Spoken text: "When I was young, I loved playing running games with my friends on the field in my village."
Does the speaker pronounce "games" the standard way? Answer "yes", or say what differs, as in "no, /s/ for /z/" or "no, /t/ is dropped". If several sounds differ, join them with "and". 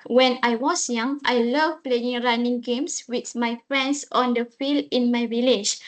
no, /s/ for /z/